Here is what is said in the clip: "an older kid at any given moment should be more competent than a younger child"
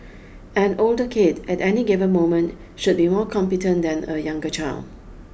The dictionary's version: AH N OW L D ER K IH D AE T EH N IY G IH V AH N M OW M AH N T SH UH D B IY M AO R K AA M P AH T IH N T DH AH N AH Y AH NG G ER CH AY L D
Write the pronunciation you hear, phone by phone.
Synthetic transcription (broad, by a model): AH N OW L D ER K IH D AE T EH N IY G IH V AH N M OW M AH N T SH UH D B IY M AO R K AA M P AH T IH N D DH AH N AH Y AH NG G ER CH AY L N